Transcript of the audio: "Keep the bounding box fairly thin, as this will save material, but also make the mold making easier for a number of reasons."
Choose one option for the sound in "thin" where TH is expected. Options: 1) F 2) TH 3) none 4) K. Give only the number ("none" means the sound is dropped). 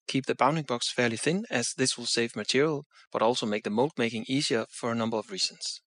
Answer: 2